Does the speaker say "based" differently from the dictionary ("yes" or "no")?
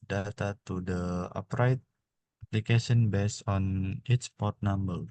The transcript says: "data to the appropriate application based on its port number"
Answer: yes